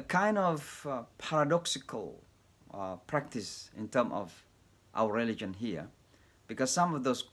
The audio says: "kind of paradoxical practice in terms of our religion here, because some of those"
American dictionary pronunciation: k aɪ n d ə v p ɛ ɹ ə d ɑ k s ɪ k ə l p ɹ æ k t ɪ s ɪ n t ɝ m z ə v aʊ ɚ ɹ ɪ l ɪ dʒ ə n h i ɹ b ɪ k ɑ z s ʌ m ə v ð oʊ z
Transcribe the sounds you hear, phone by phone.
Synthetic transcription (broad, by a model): k aɪ n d ə v p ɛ ɹ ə d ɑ k s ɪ k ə l p ɹ æ k t ɪ s ɪ n t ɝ m ə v aʊ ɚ ɹ ɪ l ɪ dʒ ə n h i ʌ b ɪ k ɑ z s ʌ m ə v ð oʊ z